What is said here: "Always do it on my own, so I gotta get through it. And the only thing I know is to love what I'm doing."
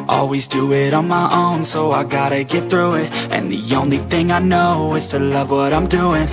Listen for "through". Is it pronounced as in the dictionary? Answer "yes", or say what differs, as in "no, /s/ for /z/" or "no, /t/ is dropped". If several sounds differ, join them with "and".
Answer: yes